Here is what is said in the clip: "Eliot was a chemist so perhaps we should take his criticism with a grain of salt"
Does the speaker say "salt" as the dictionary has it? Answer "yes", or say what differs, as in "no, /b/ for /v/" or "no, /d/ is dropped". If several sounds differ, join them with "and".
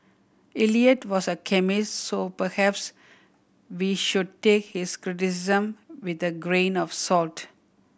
yes